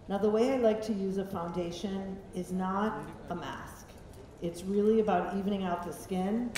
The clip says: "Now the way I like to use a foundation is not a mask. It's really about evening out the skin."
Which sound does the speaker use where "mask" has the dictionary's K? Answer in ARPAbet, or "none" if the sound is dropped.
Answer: K